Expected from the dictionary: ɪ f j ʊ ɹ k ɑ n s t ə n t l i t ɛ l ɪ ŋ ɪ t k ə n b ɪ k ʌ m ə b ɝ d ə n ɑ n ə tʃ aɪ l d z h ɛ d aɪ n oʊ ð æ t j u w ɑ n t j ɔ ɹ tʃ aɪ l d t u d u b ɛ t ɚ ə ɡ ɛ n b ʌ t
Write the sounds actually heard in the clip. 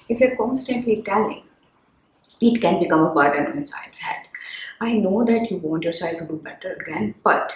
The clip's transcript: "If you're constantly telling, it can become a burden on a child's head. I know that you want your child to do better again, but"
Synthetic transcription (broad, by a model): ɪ f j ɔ ɹ k ɑ n s t ə n t l i t ɛ l ɪ ŋ ɪ t k ə n b ɪ k ʌ m ə b ɝ d ə n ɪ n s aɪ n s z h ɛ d aɪ n oʊ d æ t j u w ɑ n t j ɔ ɹ s aɪ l t u d u b ɛ t ɚ ə ɡ ɛ n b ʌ t